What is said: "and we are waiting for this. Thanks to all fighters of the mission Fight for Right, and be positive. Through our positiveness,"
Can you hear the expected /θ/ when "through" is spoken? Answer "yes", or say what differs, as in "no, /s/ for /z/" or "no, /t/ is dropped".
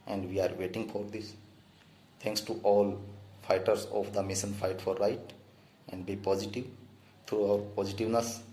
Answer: no, /t/ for /θ/